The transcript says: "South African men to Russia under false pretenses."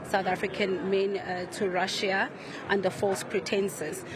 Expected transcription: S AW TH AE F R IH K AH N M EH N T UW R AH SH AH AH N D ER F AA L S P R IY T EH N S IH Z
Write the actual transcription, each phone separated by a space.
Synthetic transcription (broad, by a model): S AW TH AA F R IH K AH N M EH N T UW R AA SH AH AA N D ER F AA L S P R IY T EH N S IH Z